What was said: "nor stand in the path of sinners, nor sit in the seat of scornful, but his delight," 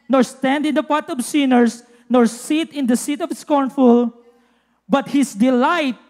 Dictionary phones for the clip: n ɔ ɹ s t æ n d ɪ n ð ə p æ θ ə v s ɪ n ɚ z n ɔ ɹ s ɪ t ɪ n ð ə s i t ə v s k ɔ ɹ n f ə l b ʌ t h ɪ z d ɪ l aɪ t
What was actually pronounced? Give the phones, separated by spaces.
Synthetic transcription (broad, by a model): n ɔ ɹ s t æ n d ɪ n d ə p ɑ t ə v s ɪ n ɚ s n ɔ ɹ s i t ɪ n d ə s i t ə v s k ɔ ɹ n f ə l b ʌ t h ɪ s d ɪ l aɪ t